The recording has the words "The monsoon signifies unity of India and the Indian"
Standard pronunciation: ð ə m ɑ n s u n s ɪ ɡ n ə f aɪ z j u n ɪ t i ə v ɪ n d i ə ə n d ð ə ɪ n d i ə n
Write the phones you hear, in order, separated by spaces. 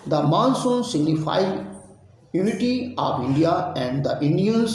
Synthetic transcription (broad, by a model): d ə m ɑ n s u n s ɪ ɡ n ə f aɪ j u n ɪ t i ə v ɪ n d i ə ə n d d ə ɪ n d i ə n